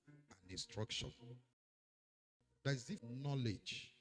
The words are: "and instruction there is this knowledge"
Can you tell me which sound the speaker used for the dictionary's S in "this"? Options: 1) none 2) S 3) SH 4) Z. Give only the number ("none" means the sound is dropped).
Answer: 1